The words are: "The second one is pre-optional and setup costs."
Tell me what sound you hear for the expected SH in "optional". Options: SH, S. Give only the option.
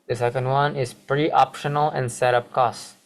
SH